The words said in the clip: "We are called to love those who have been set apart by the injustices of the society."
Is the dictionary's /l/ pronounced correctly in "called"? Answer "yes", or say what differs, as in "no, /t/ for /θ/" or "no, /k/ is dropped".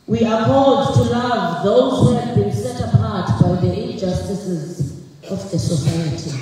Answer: no, /l/ is dropped